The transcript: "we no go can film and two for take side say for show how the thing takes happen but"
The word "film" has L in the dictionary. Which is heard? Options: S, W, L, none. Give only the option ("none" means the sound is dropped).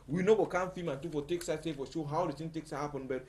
none